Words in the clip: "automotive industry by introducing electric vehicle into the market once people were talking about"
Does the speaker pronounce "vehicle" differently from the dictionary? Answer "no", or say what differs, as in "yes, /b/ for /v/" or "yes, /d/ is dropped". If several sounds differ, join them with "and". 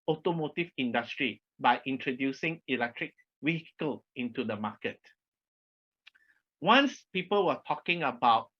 yes, /w/ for /v/